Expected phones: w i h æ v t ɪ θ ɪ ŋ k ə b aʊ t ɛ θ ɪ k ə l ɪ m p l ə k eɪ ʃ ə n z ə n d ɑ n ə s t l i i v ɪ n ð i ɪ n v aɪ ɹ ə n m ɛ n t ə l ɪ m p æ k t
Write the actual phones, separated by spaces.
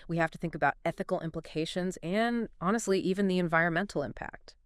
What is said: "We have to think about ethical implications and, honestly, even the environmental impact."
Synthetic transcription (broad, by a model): w i h æ f t ɪ θ ɪ ŋ k ə b aʊ t ɛ θ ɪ k l ɪ m p l ə k eɪ ʃ ə n z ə n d ɑ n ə s t l i i v ɪ n ð i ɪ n v aɪ ɹ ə n m ɛ n t l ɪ m p æ k t